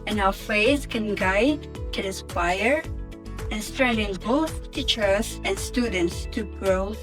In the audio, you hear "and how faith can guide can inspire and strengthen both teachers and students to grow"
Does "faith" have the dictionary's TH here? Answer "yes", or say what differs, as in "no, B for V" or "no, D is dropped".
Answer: no, S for TH